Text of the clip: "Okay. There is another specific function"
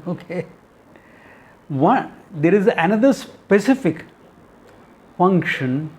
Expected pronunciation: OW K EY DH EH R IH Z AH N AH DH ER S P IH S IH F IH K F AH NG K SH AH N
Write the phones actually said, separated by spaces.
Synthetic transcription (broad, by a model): OW K EY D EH R IH Z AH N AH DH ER S P IH S IH F IH K F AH NG K SH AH N